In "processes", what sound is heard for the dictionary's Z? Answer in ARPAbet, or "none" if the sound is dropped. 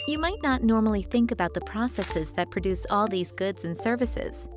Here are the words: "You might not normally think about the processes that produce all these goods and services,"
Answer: Z